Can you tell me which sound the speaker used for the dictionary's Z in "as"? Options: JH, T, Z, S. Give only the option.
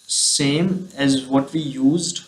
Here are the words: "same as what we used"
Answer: Z